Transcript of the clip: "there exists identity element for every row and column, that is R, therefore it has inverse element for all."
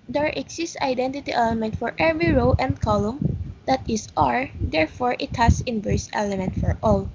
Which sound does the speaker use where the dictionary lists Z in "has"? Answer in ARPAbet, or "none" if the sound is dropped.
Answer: S